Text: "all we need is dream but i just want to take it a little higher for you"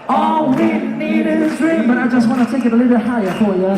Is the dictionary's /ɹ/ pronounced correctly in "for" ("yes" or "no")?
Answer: no